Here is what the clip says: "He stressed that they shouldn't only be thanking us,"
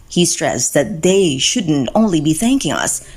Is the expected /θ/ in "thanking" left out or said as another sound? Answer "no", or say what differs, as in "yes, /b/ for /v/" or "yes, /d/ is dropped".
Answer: no